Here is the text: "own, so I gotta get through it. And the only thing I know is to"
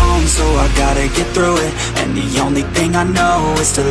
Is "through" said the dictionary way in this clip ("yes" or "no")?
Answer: yes